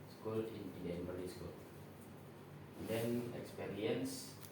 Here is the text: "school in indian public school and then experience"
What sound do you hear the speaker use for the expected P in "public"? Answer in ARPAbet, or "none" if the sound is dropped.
B